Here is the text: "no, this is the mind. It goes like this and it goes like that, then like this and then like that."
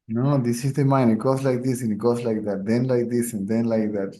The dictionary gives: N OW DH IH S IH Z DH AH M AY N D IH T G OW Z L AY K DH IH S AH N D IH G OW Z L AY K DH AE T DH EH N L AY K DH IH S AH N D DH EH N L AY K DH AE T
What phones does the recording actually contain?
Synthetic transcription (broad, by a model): N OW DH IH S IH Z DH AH M AY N IH T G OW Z L AY K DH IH S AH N IH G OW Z L AY K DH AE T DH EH N L AY K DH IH S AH N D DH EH N L AY K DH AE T